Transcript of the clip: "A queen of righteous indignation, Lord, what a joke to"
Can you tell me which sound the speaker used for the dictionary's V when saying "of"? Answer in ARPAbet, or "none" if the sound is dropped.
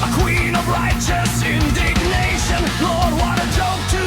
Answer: V